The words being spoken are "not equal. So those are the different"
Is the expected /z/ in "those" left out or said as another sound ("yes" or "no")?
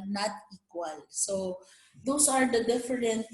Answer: yes